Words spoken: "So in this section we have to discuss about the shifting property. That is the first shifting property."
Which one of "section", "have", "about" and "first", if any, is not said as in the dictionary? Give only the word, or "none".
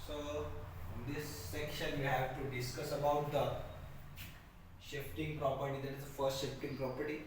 none